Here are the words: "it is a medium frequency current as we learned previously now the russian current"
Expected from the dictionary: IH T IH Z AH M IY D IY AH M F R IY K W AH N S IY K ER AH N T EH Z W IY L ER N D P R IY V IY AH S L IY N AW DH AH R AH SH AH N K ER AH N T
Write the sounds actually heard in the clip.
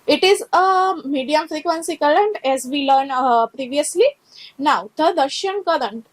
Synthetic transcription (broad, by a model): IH T IH Z AH M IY D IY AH M F R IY K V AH N S IY K ER AH N T EH Z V IY L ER N P R IY V IY AH S L IY N AW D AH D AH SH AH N K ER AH N T